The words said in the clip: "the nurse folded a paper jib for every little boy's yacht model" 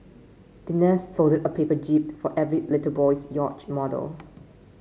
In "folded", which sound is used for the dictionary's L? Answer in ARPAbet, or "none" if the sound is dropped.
none